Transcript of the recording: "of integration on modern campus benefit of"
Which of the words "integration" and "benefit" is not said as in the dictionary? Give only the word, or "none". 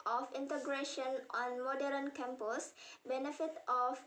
none